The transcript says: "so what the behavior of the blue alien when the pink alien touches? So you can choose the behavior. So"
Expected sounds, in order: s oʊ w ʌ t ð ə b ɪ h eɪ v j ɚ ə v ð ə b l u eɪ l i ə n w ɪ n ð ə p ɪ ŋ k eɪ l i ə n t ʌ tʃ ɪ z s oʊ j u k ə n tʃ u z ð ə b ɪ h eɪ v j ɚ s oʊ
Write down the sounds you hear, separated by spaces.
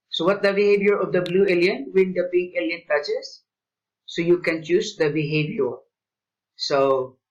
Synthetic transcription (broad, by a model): s oʊ w ʌ t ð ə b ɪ h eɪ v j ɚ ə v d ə b l u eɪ l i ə n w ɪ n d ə b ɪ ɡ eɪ l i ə n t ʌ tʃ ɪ s oʊ j u k ə n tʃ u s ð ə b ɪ h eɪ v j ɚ s oʊ